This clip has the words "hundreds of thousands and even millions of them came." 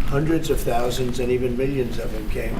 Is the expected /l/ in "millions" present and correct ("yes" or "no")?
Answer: yes